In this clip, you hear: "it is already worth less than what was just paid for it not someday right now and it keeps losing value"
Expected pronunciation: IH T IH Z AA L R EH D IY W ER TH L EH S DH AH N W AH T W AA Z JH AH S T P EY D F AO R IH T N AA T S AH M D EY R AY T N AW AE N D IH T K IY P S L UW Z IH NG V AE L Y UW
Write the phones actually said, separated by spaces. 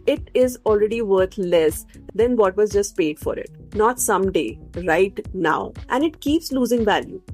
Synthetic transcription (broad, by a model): IH T IH Z AA L R EH D IY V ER T L EH S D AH N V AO T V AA Z JH AH S T P EY D F AO R IH T N AA T S AH M D EY R AY T N AW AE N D IH T K IY P S L UW Z IH NG V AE L Y UW